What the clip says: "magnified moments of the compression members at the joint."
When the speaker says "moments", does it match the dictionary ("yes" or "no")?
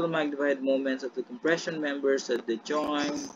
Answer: yes